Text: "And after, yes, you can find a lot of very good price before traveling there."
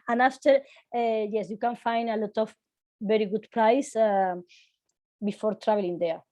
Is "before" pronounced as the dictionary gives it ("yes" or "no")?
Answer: yes